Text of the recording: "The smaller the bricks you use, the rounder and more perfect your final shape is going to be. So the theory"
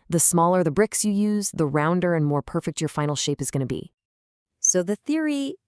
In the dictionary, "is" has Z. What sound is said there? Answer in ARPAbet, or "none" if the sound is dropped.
Z